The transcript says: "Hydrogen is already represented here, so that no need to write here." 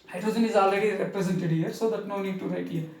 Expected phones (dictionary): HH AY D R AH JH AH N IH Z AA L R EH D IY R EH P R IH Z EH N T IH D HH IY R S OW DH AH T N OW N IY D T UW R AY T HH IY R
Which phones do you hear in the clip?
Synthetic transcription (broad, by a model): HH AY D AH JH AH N IH Z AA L EH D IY R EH P R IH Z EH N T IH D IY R S OW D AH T N OW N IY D T UW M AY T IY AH